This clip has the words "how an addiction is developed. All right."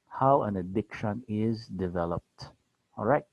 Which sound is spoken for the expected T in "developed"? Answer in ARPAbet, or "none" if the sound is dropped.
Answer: T